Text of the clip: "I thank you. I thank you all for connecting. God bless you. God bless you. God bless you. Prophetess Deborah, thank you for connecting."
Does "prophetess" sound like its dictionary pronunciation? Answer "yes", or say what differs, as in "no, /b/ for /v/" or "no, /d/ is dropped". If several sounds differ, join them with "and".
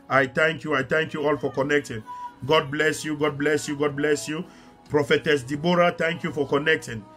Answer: yes